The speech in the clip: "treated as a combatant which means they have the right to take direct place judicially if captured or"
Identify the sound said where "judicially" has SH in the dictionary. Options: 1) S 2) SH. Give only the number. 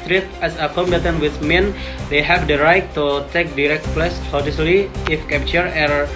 1